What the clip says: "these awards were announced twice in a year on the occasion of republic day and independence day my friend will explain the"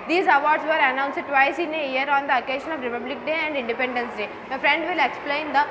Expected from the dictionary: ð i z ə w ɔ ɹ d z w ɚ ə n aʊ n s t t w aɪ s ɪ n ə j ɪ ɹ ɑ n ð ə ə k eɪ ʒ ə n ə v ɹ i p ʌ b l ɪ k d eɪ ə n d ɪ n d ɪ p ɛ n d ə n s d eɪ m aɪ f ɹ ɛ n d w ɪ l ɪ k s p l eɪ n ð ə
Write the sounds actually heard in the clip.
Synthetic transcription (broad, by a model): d i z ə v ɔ ɹ d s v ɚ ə n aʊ n s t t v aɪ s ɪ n ə j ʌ ɹ ɑ n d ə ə k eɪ ʃ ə n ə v ɹ i p ʌ b l ɪ k d eɪ ə n d ɪ n d ɪ p ɛ n d ə n s d eɪ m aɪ f ɹ ɛ n d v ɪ l ɪ k s p l eɪ n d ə